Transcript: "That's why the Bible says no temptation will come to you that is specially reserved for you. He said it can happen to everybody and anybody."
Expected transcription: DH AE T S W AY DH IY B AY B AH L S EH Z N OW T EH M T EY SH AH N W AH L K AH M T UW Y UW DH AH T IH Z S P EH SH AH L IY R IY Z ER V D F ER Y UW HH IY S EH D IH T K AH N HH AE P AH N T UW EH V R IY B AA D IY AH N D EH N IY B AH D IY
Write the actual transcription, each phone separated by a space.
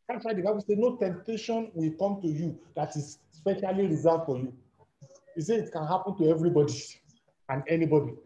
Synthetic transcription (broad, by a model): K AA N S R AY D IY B AY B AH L S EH N OW T EH M T EY SH AH N W AH L K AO M T UW Y UW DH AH T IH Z S P EH SH AH L IY R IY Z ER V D F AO Y UW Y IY S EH IH T K AH N HH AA P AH N T UW EH V R IY B AA D IY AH N EH N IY B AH D IY